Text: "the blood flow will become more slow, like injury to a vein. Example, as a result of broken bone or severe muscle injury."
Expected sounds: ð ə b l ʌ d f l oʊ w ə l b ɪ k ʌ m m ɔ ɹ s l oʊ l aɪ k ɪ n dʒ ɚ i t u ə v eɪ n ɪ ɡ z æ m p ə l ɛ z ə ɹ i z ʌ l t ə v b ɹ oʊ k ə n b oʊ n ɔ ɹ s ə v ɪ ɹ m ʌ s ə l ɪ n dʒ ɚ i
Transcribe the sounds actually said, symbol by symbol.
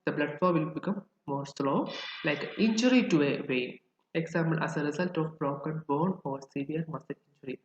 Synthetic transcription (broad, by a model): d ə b l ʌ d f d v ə l b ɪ k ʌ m m ɔ ɹ s l oʊ l aɪ k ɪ n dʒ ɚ i t u ə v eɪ ɪ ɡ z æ m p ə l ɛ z ə ɹ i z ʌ l t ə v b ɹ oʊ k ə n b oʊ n ɔ ɹ s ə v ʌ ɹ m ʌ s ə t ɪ n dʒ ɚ i